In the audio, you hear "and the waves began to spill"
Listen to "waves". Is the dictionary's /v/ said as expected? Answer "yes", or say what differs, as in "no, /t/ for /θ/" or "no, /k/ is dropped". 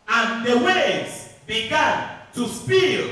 no, /v/ is dropped